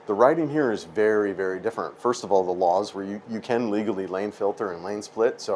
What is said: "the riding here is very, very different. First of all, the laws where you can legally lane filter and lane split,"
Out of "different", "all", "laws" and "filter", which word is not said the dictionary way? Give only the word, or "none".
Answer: none